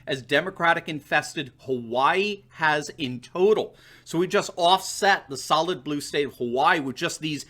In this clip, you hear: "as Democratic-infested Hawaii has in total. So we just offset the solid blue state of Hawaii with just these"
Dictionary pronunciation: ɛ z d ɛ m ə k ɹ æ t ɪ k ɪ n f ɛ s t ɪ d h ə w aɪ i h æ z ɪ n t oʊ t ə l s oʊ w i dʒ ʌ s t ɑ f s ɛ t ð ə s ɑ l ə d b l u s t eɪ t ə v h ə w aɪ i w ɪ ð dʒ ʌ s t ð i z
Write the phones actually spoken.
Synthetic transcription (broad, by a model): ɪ z d ɛ m ə k ɹ æ t ɪ k ɪ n f ɛ s t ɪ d h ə w aɪ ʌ z ɪ n t oʊ t l s oʊ w i dʒ ʌ s t ɑ f s ɛ t ð ə s ɑ l ə d b l u s t eɪ t ə v h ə w aɪ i w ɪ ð dʒ ʌ s t ð i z